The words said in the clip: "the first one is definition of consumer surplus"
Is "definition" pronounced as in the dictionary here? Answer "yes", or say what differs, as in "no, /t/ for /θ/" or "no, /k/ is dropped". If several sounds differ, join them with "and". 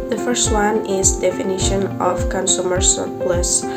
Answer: yes